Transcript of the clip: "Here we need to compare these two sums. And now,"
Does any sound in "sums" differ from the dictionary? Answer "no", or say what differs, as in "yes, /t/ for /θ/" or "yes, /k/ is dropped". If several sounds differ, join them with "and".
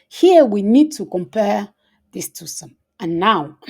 yes, /z/ is dropped